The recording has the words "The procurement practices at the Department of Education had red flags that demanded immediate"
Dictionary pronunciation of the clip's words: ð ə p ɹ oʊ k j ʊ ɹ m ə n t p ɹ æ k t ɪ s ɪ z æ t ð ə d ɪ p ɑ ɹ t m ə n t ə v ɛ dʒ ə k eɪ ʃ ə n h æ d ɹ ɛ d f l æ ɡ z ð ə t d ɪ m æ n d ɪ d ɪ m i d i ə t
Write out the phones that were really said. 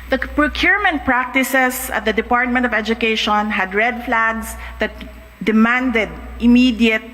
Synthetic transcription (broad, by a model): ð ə p ɹ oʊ k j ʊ ɹ m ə n t p ɹ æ k t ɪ s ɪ s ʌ t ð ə d ɪ p ɑ ɹ t m ə n t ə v ɛ dʒ ə k eɪ ʃ ə n h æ d ɹ ɛ d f l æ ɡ s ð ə t d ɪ m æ n d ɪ d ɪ m i d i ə t